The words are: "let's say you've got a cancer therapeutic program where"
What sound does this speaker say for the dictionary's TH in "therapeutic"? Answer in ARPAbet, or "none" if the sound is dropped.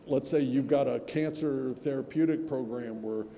TH